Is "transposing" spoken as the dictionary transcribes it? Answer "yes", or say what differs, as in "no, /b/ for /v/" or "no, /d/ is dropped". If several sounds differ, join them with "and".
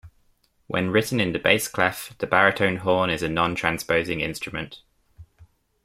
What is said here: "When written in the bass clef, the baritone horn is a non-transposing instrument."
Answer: yes